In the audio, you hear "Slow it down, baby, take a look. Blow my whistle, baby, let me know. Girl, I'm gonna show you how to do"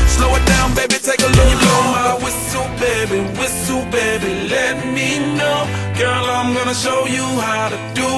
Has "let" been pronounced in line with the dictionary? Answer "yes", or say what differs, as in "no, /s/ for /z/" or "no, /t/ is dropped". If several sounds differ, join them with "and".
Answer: yes